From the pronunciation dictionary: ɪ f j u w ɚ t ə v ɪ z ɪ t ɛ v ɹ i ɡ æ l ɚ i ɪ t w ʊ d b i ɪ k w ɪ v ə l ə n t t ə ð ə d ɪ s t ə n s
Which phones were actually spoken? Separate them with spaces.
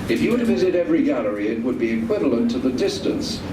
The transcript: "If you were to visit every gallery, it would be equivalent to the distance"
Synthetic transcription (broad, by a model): ɪ f j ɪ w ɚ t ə v ɪ z ɪ t ɛ v ɹ i ɡ æ l ɚ i ɪ t w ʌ d b i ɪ k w ɪ v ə l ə n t t ə ð ə d ɪ s t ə n s